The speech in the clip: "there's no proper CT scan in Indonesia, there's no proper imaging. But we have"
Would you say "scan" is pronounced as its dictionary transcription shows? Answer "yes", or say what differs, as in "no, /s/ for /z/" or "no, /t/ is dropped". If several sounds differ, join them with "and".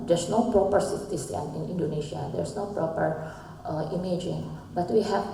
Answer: no, /k/ is dropped